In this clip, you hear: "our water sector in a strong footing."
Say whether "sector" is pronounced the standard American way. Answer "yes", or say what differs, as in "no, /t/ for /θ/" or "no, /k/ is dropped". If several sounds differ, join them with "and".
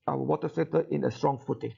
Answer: no, /k/ is dropped